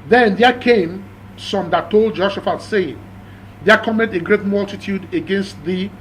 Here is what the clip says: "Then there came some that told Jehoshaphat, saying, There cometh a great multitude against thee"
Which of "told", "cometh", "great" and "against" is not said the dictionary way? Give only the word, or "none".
cometh